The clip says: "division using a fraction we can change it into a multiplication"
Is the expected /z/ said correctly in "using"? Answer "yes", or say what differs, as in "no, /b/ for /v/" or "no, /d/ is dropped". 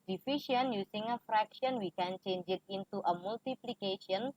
no, /s/ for /z/